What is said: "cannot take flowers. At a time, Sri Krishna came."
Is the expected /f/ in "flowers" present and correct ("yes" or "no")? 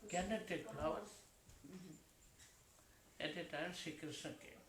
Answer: no